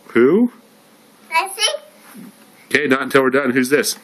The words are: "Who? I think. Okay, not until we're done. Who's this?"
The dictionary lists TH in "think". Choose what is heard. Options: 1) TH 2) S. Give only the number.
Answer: 2